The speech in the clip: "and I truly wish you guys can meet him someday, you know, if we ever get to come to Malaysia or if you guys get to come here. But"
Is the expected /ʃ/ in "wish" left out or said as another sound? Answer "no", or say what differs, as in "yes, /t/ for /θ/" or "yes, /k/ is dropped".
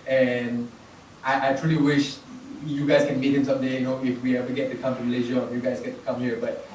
no